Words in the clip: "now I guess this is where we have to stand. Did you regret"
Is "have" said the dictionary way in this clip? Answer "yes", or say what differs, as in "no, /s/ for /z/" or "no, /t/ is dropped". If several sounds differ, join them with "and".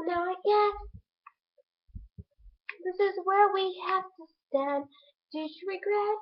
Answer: no, /f/ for /v/